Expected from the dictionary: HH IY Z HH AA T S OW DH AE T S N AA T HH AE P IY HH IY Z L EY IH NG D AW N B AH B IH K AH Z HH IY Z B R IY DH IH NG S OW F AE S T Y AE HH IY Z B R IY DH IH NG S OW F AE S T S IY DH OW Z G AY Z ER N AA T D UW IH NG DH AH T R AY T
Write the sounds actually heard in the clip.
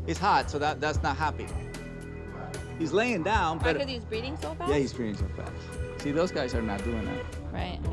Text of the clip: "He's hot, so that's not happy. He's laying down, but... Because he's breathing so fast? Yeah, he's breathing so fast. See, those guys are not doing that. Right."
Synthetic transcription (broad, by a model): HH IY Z HH AA T S OW DH AE T S N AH T HH AE P IY HH IY Z L EY IH NG D AW N B AH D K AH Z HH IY Z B R IY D IH NG S OW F Y AE HH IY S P R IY IH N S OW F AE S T S IY DH OW Z G AY Z ER N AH T D UW IH NG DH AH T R AY T